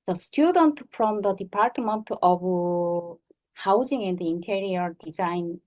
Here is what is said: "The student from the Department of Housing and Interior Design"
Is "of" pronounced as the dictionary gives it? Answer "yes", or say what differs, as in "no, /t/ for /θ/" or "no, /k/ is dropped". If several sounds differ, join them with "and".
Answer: no, /b/ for /v/